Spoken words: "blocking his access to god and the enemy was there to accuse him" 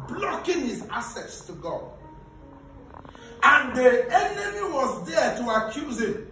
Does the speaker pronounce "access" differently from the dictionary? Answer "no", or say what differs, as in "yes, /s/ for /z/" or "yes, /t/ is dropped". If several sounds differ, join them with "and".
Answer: yes, /k/ is dropped